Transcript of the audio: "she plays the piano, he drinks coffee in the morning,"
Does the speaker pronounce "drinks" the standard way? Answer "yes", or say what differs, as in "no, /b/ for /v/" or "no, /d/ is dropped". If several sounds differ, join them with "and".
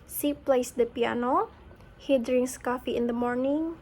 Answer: no, /k/ is dropped